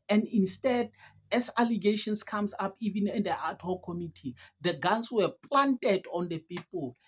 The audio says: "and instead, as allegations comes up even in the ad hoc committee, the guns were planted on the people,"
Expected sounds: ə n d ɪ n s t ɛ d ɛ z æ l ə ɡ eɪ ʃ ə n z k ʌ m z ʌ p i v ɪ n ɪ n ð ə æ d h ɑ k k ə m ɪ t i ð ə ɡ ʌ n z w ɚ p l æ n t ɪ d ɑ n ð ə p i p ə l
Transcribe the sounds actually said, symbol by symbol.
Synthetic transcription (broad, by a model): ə n d ɪ n s t ɛ d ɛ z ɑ l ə ɡ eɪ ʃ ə n s k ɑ m s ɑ p i v ɪ n ɪ n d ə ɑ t h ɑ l k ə m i t i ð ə ɡ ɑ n s w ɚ p l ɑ n t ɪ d ɑ n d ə p i p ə l